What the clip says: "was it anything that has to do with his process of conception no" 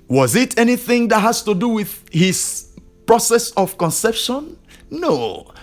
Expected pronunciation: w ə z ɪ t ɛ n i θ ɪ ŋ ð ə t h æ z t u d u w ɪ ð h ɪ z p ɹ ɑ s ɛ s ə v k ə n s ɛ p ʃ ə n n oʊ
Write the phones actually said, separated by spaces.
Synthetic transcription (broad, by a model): w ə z ɪ t ɛ n i θ ɪ ŋ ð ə t h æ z t u d u w ɪ ð h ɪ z p ɹ ɑ s ɛ s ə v k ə n s ɛ p ʃ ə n n oʊ